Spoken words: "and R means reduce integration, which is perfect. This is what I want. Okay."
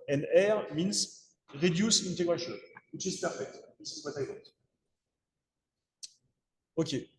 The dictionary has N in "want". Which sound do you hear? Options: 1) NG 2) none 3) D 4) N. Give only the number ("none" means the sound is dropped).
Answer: 2